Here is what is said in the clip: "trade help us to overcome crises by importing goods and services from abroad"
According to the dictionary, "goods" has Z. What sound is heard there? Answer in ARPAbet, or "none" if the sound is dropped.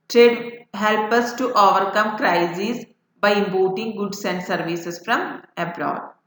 S